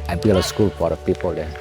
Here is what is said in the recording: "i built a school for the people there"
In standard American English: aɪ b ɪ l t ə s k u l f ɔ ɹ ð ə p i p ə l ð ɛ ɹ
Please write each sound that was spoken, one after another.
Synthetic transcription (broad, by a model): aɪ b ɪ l ə s k u l p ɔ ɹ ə p i p ə l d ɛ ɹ